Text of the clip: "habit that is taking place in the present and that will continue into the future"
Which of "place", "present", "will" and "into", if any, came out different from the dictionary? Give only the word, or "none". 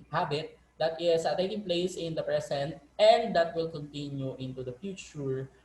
present